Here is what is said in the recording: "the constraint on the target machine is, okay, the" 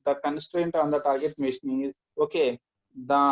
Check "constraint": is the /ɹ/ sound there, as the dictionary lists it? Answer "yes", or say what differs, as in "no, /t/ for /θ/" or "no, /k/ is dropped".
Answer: yes